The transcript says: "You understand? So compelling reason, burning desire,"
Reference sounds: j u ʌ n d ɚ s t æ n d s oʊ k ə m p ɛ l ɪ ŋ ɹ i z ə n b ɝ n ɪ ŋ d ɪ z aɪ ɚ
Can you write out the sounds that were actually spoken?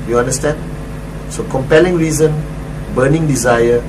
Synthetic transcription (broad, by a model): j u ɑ n d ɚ s t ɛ n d s oʊ k ə m p ɛ l ɪ ŋ ɹ i z ə n b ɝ n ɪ ŋ d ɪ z aɪ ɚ